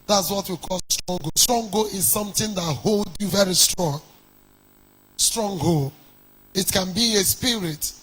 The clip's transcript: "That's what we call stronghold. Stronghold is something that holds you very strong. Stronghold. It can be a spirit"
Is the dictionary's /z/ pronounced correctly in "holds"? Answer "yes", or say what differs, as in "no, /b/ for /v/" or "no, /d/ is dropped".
no, /z/ is dropped